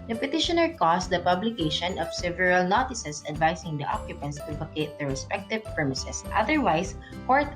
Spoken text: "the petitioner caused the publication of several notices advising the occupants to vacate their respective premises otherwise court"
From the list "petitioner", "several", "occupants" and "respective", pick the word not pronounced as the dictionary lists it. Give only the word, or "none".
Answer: none